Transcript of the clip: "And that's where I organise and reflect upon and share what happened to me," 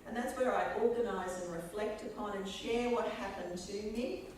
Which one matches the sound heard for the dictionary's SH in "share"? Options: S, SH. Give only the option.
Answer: SH